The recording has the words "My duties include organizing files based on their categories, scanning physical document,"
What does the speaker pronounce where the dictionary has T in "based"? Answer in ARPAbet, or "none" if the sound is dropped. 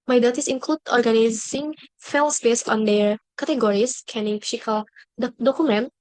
none